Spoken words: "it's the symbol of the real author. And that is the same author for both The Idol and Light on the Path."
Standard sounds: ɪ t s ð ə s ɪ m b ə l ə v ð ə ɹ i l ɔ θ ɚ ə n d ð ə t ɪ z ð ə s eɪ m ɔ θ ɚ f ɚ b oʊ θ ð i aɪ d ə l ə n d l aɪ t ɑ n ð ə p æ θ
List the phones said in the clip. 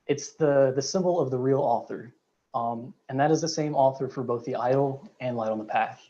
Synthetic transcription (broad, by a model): ɪ t s ð ə s ɪ m b l ə v ð ə ɹ i l ɔ θ ɚ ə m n ð ə t ɪ z ð ə s eɪ m ɔ θ ɚ f ɚ b oʊ θ ð i aɪ d l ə n l aɪ t n ð ə p æ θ